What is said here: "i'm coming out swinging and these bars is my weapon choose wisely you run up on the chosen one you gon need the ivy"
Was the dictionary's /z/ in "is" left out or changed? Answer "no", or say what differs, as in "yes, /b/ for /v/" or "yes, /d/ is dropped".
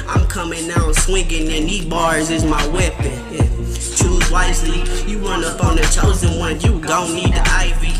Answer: no